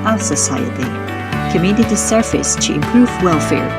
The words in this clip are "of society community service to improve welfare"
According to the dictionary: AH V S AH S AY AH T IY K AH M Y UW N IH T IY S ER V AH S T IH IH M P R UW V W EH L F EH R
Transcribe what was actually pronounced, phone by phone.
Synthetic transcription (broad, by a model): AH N S AH S AY AH T IY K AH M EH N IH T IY S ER F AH S T IH IH M P R UW V W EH L F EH R